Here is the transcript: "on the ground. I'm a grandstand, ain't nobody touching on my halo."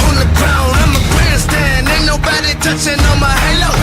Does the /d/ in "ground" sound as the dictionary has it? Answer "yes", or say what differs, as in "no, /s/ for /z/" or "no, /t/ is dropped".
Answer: no, /d/ is dropped